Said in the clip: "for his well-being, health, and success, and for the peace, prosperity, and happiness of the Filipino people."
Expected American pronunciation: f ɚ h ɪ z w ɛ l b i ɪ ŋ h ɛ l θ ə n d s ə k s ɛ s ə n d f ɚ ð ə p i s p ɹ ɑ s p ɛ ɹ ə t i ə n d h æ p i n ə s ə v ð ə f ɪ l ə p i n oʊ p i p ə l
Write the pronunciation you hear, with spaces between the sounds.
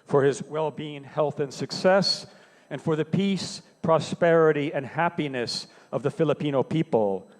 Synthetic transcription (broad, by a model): f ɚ ɪ z w ɛ l b i ɪ ŋ h ɛ l θ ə n s ə k s ɛ s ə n f ɚ ð ə p i s p ɹ ɑ s p ɛ ɹ ə t i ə n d h æ p i n ə s ə v ð ə f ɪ l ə p i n oʊ p i p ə l